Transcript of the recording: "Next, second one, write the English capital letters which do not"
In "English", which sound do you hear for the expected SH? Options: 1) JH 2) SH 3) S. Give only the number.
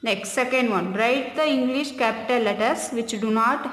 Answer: 2